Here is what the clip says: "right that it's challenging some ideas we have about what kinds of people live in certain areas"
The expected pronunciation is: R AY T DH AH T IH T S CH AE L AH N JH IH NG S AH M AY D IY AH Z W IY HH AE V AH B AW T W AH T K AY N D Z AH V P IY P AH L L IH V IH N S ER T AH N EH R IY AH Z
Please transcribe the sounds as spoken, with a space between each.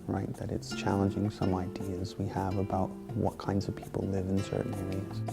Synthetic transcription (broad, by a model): R AY T DH AH T IH T S CH AE L AH N JH IH NG S AH M AY D IY AH Z W IY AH V AH B AW T W AH T K AY N D Z AH V P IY P L L IH V IH N S ER T N EH R IY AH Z